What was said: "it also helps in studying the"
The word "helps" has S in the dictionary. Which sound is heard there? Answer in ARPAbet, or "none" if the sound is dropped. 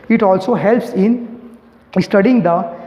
S